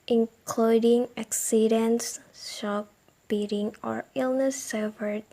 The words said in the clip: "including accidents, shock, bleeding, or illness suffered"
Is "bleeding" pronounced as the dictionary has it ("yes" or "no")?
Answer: no